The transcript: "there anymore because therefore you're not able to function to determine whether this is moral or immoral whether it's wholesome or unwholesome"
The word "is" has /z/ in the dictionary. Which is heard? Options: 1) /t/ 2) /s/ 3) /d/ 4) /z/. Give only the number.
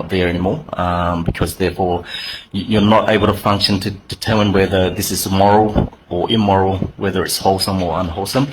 4